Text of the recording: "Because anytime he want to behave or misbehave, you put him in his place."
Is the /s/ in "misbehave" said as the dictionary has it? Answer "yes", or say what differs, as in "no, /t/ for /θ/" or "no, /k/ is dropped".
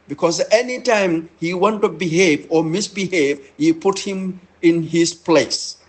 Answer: yes